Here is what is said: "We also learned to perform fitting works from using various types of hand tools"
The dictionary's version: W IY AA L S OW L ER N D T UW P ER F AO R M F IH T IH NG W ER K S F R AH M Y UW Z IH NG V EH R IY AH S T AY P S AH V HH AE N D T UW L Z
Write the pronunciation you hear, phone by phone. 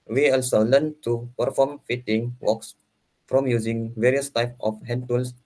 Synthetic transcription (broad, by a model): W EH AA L S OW L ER N T UW P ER F AO M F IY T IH NG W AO K S F R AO M Y UW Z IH NG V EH R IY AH S T AY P AH F HH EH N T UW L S